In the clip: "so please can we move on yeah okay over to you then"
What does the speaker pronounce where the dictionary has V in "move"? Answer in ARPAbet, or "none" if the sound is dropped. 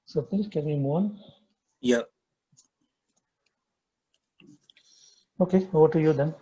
none